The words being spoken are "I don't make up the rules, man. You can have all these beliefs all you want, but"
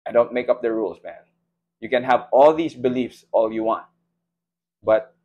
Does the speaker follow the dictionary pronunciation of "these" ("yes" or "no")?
no